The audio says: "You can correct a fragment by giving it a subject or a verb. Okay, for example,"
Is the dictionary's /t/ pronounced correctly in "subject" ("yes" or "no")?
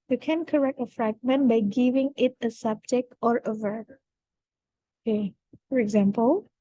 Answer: no